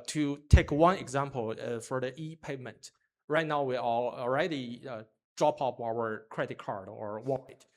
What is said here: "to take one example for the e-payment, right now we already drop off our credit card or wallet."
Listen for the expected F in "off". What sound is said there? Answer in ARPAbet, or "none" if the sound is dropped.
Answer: P